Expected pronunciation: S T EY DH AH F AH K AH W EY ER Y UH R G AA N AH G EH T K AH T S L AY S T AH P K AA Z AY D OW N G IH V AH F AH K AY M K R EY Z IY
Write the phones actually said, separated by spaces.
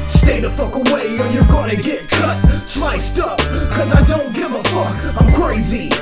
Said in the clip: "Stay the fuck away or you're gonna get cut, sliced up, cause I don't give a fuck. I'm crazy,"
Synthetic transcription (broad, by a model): S T EY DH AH F AH K AH W EY ER Y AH R G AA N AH G EH T K AH T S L AY S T AH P K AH Z AY D OW N G IH V AH F AH K AY M K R EY Z IY